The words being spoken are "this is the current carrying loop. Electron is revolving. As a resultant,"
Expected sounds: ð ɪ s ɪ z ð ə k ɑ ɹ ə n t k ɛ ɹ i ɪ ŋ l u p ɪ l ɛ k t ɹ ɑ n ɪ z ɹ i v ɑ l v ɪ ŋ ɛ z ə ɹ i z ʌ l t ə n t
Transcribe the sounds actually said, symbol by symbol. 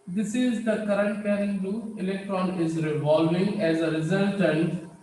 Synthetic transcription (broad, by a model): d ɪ s ɪ z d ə k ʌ ɹ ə n t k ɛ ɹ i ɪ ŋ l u ɪ l ɛ k t ɹ ɑ n ɪ z ɹ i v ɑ l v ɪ ŋ ɛ z ə ɹ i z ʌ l t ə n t